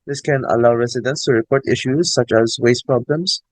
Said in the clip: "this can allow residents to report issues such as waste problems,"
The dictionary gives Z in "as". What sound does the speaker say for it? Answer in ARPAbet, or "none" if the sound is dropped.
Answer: Z